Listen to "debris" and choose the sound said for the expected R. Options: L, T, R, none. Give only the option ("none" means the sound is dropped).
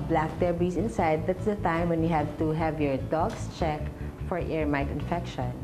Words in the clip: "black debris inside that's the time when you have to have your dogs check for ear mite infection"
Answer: none